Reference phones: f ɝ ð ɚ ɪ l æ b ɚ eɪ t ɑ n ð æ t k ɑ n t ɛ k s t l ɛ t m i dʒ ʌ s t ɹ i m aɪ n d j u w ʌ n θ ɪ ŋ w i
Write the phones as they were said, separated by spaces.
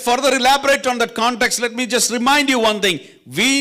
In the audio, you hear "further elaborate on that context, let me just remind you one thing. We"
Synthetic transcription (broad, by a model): f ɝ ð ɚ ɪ l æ b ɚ eɪ t ɑ n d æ t k ɑ n t ɛ k s t l ɛ t m i dʒ ʌ s t ɹ i m aɪ n d j u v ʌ n t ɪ ŋ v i